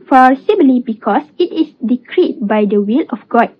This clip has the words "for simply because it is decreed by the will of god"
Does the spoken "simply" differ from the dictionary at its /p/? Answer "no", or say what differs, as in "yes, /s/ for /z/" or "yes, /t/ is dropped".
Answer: yes, /b/ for /p/